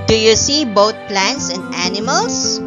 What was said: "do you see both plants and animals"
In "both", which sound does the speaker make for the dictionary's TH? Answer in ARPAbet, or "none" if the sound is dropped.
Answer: T